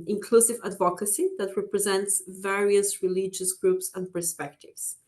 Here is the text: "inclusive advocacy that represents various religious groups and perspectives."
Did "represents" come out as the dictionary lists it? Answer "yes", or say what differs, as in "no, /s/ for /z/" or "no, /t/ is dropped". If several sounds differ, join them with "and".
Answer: yes